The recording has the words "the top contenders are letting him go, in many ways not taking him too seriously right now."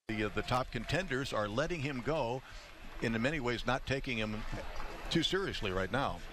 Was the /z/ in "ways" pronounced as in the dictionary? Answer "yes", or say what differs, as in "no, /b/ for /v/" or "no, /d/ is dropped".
yes